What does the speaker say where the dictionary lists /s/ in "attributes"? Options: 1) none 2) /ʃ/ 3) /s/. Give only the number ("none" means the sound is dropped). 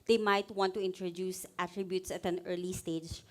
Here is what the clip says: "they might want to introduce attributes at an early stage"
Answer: 3